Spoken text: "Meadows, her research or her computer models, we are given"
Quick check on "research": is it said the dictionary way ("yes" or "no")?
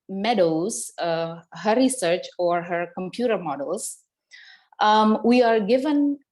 yes